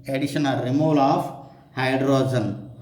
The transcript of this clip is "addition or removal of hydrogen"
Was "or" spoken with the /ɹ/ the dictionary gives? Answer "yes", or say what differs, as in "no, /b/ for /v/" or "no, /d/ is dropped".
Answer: no, /l/ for /ɹ/